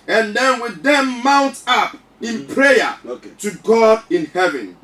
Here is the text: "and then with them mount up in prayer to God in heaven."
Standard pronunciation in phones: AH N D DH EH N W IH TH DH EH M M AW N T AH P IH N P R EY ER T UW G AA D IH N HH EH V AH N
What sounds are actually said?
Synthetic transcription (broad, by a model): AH N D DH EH N W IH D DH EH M M AW N T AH P IH N P R EY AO T UW G AA D IH N HH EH V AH N